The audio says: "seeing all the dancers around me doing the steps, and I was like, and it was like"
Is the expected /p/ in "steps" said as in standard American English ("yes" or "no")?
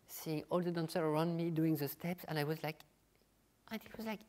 yes